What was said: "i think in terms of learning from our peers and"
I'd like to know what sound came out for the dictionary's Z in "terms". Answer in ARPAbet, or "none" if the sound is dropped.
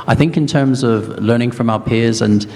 Z